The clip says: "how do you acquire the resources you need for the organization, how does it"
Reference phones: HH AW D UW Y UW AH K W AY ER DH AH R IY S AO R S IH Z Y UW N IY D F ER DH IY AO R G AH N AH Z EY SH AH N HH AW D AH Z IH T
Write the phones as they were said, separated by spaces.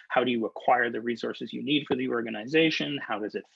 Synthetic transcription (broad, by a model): HH AW D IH Y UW AH K W AY ER DH AH R IY S AO R S IH Z Y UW N IY D F ER DH IY AO R G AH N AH Z EY SH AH N HH AW D AH Z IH T